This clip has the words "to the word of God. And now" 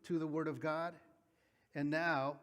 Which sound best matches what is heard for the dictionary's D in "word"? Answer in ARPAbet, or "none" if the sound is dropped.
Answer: D